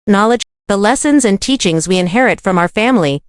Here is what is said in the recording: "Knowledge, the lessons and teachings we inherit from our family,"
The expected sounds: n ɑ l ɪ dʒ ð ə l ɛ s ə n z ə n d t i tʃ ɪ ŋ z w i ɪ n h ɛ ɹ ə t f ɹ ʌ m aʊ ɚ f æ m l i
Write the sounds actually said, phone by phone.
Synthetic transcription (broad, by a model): n ɑ l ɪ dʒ ð ə l ɛ s ə n z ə n t i tʃ ɪ ŋ z w i ɪ n h ɛ ɹ ə t f ɹ ʌ m aʊ ɚ f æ m l i